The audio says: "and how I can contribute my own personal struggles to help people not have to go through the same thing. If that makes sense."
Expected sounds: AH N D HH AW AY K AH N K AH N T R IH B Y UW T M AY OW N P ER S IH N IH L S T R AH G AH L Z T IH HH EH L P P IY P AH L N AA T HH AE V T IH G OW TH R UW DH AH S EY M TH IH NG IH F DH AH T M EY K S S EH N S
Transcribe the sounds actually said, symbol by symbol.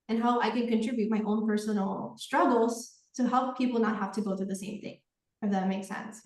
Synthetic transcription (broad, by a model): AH N HH AW AY K AH N K AH N T R IH B Y UW T M AY OW N P ER S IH N L S T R AH G L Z T IH HH EH L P P IY P L N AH T HH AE F T IH G OW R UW DH AH S EY M TH IH NG IH F DH AH T M EY K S S EH N S